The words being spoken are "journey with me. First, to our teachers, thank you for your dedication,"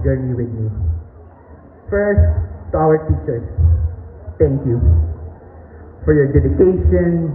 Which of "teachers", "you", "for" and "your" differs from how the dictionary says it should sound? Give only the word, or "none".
teachers